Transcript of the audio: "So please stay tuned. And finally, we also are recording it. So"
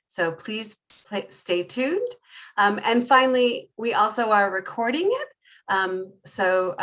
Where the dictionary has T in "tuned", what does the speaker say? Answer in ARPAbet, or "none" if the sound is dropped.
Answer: T